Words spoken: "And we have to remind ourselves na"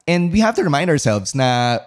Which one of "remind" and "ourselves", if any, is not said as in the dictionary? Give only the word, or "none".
none